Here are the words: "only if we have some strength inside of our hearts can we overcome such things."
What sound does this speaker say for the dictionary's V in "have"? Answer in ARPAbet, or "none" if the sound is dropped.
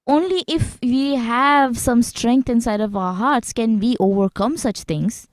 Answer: V